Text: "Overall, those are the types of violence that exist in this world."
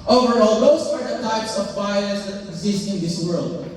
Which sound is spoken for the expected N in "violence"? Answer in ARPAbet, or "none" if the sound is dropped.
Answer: none